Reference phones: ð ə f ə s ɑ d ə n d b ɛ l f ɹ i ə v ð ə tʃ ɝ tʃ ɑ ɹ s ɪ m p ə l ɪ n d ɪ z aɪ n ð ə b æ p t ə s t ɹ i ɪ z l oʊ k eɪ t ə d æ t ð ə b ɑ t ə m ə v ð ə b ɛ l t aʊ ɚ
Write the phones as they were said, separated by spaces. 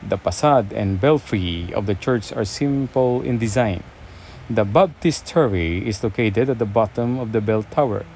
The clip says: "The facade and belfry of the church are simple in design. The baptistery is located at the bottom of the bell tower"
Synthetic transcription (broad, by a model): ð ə p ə s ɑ d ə n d b ɛ l f ɹ i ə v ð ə tʃ ɝ tʃ ɑ ɹ s ɪ m p ə l ɪ n d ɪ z aɪ n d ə b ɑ b t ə s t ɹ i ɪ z l oʊ k eɪ t ə d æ t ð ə b ɑ t ə m ə v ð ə b ɛ l t aʊ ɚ